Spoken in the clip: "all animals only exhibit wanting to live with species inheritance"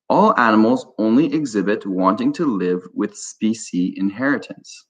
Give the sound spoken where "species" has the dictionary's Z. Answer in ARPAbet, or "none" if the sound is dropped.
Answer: none